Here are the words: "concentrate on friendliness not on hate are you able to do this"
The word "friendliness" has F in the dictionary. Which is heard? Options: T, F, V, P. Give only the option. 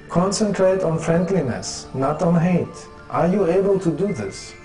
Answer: F